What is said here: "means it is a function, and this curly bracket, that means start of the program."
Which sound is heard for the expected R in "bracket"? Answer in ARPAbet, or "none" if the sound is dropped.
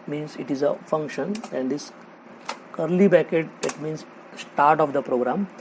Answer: none